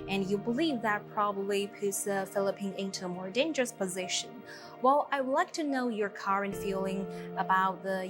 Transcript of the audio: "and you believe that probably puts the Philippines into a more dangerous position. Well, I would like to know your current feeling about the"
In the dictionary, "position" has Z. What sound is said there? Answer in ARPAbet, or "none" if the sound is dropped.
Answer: Z